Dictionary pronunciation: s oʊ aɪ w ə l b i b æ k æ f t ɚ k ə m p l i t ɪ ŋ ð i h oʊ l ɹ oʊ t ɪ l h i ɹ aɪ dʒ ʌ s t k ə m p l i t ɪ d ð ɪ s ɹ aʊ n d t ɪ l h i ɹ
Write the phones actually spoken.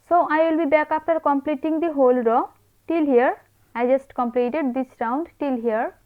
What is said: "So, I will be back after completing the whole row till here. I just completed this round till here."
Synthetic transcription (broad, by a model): s oʊ aɪ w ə l b i b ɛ k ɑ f t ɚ k ə m p l i t ɪ ŋ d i h oʊ l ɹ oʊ t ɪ l h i ɹ aɪ dʒ ʌ s t k ə m p l i t ɪ d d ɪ s ɹ aʊ n d t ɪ l h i ɹ